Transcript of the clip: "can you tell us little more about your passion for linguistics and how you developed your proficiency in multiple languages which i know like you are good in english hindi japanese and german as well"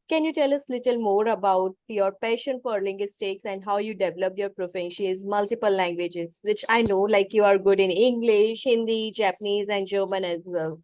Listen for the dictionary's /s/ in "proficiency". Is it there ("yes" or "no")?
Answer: no